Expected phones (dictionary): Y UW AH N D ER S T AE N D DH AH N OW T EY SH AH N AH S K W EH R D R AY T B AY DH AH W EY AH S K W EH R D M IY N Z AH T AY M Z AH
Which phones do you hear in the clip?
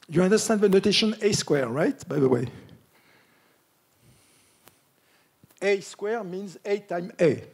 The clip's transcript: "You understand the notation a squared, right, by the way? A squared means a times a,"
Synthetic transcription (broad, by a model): Y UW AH N D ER S T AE N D DH AH N OW T EY SH AH N AH S K W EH R R AY T B AY DH AH W EY AH S K W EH R M IY N Z AH T AY M AH